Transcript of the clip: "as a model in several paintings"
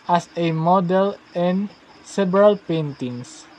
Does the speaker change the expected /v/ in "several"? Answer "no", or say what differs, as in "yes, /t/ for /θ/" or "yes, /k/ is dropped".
yes, /b/ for /v/